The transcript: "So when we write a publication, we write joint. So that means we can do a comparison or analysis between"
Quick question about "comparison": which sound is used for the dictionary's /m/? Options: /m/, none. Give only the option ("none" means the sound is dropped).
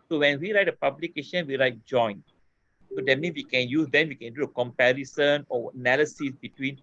/m/